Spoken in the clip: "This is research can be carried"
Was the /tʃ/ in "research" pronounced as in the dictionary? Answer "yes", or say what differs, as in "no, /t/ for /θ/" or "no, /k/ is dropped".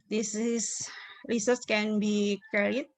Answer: no, /s/ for /tʃ/